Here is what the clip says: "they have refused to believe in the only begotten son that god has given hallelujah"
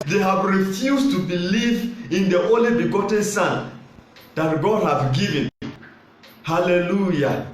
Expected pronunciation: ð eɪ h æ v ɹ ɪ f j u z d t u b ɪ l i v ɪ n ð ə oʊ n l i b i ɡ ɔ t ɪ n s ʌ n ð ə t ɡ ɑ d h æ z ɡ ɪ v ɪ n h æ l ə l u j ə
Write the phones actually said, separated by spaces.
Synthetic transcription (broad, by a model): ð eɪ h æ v ɹ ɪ f j u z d t u b ɪ l i v ɪ n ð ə oʊ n l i b i ɡ ɔ t ɪ n s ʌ n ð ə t ɡ ɑ d h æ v ɡ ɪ v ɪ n h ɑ l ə l u j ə